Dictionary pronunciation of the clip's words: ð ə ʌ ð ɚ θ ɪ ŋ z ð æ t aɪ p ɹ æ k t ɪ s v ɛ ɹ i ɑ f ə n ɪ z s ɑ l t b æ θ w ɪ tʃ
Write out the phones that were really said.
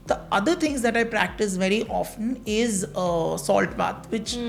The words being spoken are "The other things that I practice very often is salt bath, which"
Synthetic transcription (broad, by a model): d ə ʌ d ɚ t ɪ ŋ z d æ t aɪ p ɹ æ k t ɪ s v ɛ ɹ i ɑ f ə n ɪ z s ɑ l t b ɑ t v ɪ tʃ